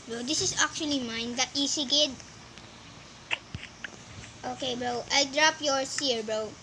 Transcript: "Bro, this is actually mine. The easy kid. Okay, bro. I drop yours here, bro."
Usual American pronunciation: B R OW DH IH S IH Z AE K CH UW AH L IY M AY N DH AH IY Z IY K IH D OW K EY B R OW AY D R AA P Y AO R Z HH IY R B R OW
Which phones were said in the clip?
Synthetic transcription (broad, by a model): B R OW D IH S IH S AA K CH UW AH L IY M AY N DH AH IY S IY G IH D OW K EY B R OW AY D R AA P Y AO R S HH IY R B R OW